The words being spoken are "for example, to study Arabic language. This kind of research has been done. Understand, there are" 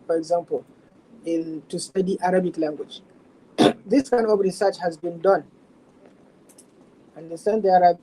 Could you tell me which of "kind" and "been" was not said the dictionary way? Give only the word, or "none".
kind